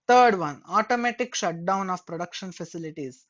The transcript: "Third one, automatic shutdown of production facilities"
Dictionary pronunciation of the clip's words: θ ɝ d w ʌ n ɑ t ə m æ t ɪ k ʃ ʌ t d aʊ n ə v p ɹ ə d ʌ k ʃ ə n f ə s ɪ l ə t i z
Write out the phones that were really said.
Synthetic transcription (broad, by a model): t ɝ d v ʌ n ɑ t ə m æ t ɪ k ʃ ʌ t d aʊ n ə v p ɹ ə d ʌ k ʃ ə n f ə s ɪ l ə t i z